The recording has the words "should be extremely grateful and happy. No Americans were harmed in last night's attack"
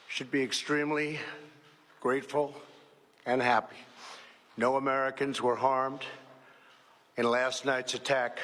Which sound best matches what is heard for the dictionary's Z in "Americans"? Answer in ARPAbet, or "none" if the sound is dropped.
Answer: Z